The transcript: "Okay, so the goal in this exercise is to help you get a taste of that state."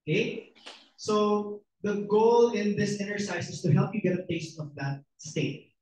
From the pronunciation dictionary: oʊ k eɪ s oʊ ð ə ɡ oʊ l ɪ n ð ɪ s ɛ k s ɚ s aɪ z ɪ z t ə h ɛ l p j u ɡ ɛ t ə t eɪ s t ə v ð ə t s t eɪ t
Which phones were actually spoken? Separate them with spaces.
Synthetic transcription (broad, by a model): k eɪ s oʊ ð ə ɡ oʊ l ɪ n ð ɪ s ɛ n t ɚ s aɪ s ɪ s t ə h ɛ l p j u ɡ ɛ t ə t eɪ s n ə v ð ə t s t eɪ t